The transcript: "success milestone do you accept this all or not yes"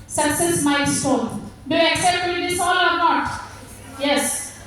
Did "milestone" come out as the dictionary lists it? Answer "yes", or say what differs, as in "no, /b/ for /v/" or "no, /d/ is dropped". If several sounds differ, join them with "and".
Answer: no, /l/ is dropped